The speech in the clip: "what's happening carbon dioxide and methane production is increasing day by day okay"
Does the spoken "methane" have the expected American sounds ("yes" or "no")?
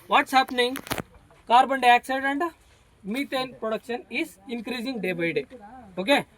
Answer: no